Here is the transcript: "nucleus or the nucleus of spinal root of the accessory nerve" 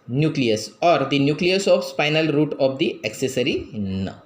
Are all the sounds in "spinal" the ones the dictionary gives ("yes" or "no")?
no